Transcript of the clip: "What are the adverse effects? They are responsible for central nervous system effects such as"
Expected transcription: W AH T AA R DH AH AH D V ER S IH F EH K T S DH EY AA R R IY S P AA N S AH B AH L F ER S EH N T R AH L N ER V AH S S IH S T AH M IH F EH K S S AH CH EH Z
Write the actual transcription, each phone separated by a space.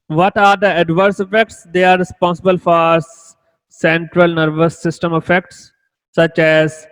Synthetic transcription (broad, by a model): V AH T AA R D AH AH D V ER S IH F EH K T S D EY AA R R IY S P AA N S AH B AH L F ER S EH N T R AH L N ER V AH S S IH S T AH M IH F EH K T S AH CH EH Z